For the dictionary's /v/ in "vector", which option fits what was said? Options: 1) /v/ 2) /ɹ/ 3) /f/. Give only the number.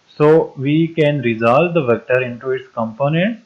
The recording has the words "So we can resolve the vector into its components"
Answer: 1